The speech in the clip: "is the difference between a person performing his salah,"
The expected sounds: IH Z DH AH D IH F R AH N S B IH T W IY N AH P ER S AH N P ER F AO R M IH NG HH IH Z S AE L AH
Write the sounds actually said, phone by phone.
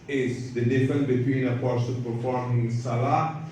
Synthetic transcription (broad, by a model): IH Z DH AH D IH F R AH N B IH T W IY N AH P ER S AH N P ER F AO R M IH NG S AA L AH